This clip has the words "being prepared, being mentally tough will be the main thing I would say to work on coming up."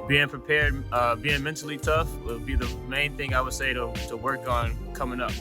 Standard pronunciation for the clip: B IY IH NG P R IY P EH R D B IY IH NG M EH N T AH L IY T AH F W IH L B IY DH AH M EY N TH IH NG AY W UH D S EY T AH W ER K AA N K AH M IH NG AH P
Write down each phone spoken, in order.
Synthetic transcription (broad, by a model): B IY IH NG P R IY P EH R D B IY IH NG M EH N T L IY T AH F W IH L B IY DH AH M EY N TH IH NG AY W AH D S EY T AH W ER K N K AH M IH NG AH P